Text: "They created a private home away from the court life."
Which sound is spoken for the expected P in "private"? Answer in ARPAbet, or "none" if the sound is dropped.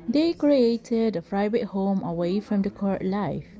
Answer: F